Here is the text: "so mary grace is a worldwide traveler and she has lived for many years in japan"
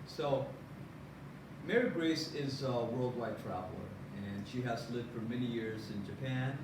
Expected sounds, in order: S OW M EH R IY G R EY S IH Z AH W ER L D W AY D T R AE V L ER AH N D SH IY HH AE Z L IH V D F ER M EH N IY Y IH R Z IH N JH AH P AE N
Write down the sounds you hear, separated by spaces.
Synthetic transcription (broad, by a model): S OW M EH R IY G R EY S IH Z AH W ER L D W AY D T R AE V L ER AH N SH IY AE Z L IH V D F ER M EH N IY Y IH R Z IH N JH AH P AE N